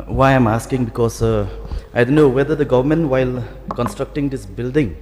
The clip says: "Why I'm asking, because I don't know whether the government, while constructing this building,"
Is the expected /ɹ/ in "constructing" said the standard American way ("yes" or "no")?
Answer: yes